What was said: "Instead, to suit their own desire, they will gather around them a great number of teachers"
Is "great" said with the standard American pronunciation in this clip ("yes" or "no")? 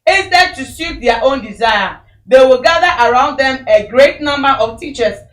yes